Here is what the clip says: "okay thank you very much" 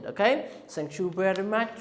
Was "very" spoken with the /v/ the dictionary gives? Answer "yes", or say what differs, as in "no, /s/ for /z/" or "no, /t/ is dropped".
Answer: no, /b/ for /v/